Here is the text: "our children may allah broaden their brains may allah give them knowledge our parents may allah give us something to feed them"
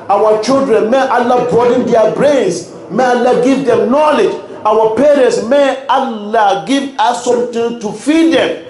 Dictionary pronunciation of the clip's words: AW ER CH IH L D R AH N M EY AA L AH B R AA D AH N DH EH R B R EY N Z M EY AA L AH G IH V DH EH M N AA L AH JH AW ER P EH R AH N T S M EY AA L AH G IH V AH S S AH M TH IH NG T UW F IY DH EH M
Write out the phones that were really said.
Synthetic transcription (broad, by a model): AW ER CH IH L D R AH N M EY AA L AH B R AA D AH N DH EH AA B R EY N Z M EY AA L AH G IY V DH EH M N AA L AH JH AW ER P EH R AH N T S M EY AA L AH G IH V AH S S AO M T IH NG T UW F IY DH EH M